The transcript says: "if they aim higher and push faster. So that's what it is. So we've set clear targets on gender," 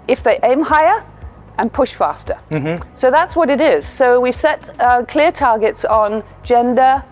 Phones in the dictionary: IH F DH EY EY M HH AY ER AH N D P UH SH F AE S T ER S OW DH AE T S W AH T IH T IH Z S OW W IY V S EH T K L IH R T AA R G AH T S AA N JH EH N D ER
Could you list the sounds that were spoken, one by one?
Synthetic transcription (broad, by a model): IH F DH EY EY M HH AY ER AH N P UH SH F AE S T ER S OW DH AE T S W AH T IH T IH Z S OW W IY V S EH T K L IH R T AA R G AH T S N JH EH N D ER